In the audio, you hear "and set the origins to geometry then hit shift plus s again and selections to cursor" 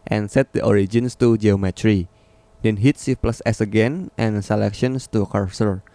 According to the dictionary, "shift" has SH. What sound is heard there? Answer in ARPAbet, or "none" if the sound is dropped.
S